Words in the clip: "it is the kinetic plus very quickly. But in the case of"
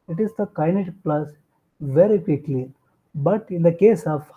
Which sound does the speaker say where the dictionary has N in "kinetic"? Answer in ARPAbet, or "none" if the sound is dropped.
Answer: none